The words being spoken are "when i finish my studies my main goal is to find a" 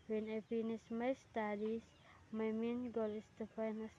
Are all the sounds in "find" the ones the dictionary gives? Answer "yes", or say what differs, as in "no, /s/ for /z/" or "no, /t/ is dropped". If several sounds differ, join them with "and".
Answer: no, /d/ is dropped